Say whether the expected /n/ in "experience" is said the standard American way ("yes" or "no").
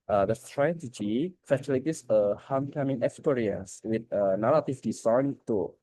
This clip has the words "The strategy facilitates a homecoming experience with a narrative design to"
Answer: no